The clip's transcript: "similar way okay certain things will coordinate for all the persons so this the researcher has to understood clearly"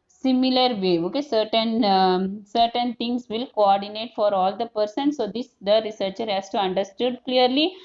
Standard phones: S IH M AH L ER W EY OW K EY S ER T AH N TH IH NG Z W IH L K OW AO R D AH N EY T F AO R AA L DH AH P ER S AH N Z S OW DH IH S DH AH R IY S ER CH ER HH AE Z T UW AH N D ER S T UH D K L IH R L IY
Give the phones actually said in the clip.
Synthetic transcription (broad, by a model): S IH M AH L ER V EY OW K EY S ER T AH N T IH NG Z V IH L K OW AO R D AH N EY T F AO R AA L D AH P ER S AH N S OW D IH S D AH R IY S ER CH ER HH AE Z T UW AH N D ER S T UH D K L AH R L IY